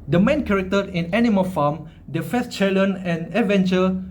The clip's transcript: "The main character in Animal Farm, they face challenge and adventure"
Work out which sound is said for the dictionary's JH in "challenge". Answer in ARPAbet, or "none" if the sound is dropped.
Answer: none